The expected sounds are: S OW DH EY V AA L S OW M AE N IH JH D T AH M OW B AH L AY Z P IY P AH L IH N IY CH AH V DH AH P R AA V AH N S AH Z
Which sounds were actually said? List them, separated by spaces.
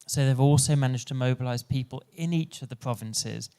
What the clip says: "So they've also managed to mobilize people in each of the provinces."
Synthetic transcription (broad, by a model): S OW DH EY V AA L S OW M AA N IH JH T AH M OW B AH L AY Z P IY P AH L IH N IY CH AH V DH AH P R AA V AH N S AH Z